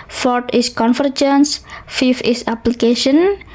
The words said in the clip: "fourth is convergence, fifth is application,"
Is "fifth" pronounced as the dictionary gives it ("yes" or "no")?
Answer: no